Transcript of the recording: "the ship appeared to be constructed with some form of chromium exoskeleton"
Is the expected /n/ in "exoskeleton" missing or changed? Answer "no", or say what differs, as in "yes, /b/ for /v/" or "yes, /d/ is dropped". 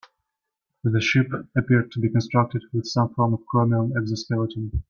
yes, /n/ is dropped